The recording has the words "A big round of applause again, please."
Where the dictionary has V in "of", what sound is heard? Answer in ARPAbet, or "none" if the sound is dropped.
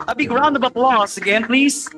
B